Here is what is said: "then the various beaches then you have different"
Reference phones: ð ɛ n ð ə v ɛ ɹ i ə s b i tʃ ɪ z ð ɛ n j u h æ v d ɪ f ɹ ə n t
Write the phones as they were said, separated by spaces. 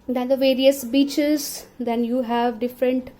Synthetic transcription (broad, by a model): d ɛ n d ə v ɛ ɹ i ə s b i tʃ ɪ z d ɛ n j u h æ v d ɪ f ɹ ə n t